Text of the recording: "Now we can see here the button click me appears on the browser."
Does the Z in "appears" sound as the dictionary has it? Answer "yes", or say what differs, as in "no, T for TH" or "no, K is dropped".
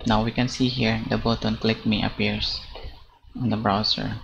no, S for Z